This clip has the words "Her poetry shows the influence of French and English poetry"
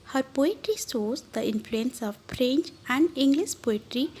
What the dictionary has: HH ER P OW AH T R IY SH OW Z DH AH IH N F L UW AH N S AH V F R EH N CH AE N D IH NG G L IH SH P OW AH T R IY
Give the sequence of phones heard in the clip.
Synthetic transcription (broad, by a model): HH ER P OW AH T R IY S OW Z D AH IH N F L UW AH N S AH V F R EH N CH AE N D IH NG G L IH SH P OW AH T R IY